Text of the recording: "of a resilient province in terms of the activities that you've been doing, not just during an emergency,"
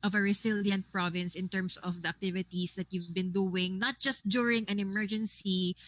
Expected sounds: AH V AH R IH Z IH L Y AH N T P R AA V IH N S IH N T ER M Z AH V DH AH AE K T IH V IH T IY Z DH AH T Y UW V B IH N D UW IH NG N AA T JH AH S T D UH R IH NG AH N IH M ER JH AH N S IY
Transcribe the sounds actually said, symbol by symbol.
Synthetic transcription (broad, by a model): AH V AH R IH S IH L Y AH N T P R AA V IH N S IH N T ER M S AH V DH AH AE K T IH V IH T IY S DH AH T Y UW V B IH N D UW IH NG N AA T JH AH S T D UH R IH NG AH N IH M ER JH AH N S IY